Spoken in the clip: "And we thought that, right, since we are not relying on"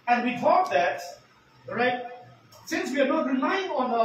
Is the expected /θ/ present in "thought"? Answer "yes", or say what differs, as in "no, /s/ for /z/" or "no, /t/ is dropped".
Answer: no, /t/ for /θ/